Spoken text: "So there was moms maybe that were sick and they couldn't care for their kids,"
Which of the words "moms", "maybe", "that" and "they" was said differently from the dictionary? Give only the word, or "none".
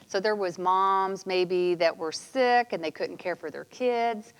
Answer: none